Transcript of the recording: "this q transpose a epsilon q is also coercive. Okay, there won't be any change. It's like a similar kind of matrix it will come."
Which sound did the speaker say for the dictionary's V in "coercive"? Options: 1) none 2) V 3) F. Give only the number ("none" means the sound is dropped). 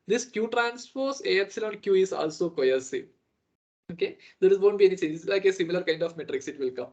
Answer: 1